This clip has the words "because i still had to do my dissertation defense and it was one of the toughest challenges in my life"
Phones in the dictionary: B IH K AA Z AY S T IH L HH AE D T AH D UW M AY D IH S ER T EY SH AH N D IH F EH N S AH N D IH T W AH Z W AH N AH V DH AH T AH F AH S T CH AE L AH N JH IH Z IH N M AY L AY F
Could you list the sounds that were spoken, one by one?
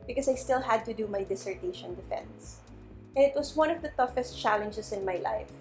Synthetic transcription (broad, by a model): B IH K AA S AY S T IH L HH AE D T AH D UW M AY D IH S ER T EY SH AH N D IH F EH N S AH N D IH T W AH S W AH N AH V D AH T AH F AH S T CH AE L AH N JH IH S IH N M AY L AY F